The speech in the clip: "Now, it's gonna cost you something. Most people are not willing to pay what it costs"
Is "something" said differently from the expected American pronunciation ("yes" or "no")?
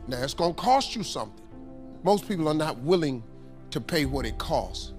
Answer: no